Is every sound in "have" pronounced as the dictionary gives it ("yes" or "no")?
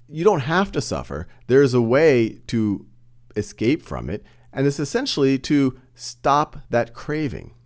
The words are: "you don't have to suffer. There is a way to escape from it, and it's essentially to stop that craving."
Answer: no